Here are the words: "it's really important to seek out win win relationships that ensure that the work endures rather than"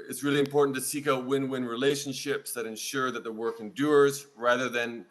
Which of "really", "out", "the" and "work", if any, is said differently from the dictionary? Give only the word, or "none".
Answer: none